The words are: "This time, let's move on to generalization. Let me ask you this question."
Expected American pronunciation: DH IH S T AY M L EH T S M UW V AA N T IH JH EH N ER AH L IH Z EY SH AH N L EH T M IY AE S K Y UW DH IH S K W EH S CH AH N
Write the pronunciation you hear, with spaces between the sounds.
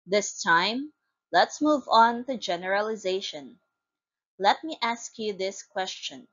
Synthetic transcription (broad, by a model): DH IH S T AY M L EH T S M UW V AA N T IH JH EH N ER AH L IH Z EY SH AH N L EH T M IY AE S K Y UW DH IH S K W EH S CH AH N